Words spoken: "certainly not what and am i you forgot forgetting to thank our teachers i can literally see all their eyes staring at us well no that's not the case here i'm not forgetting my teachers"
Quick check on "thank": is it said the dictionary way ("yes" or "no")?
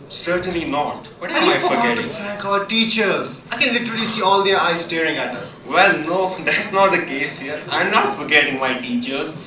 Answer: no